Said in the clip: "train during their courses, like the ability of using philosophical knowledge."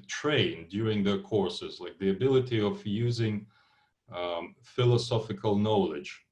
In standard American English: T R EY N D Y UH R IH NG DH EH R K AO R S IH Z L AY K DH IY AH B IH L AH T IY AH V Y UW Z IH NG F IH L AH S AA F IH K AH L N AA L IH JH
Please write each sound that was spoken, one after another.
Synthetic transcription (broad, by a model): T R EY N D Y UH R IH NG DH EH R K AO R S IH Z L AY K DH IY AH B IH L AH T IY AH V Y UW Z IH NG F IH L AH S AA F IH K AH L N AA L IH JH